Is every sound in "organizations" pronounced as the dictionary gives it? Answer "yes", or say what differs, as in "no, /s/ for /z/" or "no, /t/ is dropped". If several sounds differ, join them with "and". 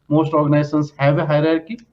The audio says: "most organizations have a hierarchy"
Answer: no, /s/ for /ʃ/